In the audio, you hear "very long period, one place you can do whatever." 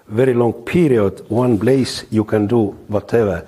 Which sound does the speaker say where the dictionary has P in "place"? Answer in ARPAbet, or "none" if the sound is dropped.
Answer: B